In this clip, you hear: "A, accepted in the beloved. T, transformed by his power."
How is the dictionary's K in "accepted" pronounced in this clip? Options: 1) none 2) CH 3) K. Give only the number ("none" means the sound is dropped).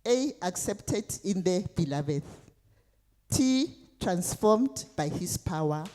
3